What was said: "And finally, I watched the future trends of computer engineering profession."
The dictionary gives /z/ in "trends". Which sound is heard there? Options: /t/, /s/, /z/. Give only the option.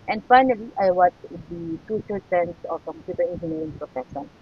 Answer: /s/